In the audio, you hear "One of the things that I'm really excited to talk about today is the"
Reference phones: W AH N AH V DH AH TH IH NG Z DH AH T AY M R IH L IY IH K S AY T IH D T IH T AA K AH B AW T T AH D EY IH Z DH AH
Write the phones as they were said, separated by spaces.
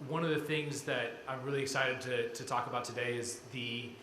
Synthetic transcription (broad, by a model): W AH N AH V DH AH TH IH NG Z DH AH T AY M R IH L IY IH K S AY T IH D T IH T AA K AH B AW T T AH D EY IH Z DH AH